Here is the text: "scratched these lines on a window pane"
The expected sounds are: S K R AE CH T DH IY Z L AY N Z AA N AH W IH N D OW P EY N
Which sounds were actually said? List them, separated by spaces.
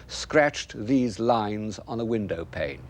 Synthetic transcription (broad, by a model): S K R AE CH DH IY Z L AY N Z N AH W IH N D OW P EY N